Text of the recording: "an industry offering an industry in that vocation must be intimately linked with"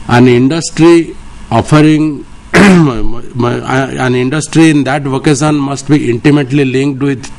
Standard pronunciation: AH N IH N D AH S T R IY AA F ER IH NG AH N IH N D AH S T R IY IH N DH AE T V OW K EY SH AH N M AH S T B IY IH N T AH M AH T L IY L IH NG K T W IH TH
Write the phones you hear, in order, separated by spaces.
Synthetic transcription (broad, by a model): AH N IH N D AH S T R IY AA F ER IH NG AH N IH N D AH S T R IY IH N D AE T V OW K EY S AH N M AH S T B IY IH N T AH M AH T L IY L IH NG K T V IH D